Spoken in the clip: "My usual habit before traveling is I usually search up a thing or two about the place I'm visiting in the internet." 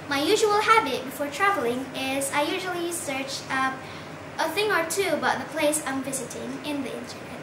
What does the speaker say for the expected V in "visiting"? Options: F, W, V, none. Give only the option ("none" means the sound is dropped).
V